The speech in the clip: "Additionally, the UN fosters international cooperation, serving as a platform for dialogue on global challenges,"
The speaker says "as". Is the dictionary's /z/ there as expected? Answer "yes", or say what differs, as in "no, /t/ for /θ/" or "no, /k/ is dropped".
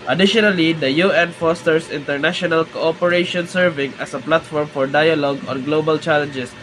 no, /s/ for /z/